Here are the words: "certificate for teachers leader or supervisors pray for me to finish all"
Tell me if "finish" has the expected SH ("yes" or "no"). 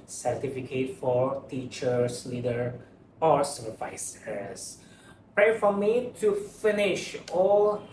yes